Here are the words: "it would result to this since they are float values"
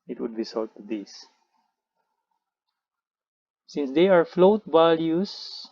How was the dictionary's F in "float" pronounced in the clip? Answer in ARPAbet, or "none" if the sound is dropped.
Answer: F